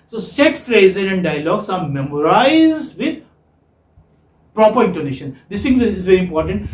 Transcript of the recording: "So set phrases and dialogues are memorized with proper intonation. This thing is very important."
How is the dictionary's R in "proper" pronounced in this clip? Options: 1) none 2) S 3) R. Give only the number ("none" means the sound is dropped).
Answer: 3